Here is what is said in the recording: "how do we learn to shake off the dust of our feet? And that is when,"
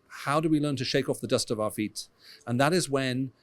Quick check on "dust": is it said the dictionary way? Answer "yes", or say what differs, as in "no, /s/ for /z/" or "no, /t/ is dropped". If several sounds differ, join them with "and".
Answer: yes